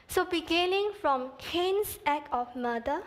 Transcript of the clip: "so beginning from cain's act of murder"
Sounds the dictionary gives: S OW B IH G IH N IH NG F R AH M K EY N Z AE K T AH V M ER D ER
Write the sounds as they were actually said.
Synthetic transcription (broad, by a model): S OW B IH G IH N IH NG F R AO M K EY N S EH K AH F M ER D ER